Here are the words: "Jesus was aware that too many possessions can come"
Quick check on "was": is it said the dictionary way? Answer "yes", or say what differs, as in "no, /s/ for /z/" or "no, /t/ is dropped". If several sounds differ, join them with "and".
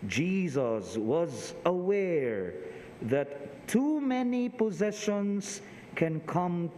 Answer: yes